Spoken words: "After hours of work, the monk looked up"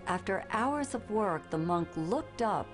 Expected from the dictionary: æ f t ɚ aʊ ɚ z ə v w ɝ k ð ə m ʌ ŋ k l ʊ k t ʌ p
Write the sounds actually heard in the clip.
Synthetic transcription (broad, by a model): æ f t ɚ aʊ ɚ z ə v w ɝ k ð ə m ʌ ŋ k l ʊ k t ʌ p